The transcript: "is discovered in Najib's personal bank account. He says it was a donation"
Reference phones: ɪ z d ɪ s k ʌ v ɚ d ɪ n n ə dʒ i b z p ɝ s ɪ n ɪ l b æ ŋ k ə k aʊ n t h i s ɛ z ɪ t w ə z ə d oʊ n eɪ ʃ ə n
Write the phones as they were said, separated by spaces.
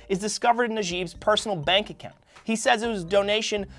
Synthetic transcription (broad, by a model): ɪ z d ɪ s k ʌ v ɚ d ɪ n n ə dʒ i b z p ɝ s n l b æ ŋ k ə k aʊ n t h i s ɛ z ɪ t w ə z d oʊ n eɪ ʃ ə n